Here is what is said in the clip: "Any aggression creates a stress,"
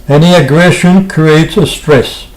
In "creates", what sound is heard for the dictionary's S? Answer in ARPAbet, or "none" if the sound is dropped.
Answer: S